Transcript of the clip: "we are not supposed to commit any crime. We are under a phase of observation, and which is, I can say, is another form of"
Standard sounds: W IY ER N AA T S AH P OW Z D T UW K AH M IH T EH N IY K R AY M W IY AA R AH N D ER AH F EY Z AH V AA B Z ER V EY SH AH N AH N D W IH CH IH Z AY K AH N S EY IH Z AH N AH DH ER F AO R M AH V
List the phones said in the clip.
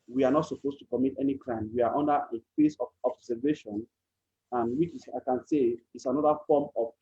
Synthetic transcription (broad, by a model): W IY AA N AA T S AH P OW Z T UW K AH M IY T EH N IY K R AY M W IY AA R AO N D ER AH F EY S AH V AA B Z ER V EY SH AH N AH N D W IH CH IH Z AY K AH N S EY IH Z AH N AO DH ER F AO M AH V